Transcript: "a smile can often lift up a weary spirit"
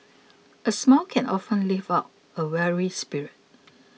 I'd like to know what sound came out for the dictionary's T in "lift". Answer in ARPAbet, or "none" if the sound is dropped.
none